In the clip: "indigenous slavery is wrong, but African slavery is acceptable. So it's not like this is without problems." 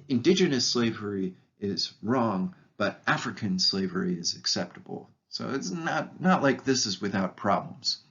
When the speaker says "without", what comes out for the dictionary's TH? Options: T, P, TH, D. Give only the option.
TH